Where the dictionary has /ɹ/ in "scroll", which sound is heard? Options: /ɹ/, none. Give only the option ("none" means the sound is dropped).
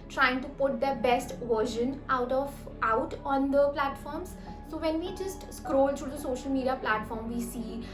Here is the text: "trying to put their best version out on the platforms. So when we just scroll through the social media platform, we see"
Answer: /ɹ/